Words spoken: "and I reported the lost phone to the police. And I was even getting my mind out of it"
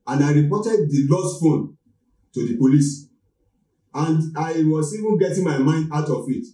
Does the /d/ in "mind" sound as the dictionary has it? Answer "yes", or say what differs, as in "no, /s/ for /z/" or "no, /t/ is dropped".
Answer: yes